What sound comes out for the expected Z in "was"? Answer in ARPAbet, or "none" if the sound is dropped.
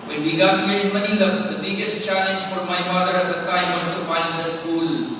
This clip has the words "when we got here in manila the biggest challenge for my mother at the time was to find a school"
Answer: S